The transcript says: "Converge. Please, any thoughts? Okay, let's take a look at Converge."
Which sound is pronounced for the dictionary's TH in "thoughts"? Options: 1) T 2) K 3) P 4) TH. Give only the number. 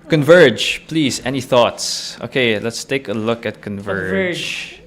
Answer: 4